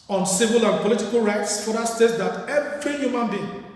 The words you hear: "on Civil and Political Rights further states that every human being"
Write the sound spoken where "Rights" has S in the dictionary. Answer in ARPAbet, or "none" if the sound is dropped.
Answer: S